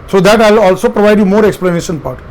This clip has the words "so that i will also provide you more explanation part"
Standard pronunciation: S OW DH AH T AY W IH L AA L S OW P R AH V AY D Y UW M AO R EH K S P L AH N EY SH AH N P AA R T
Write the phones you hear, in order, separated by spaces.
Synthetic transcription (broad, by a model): S OW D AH T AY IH L AA L S OW P R AH V AY D Y UW M AO R EH K S P L AH N EY SH AH N P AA R T